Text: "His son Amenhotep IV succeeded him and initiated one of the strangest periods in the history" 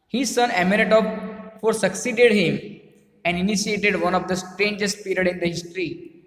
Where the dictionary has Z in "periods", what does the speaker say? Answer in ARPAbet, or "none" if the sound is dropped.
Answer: none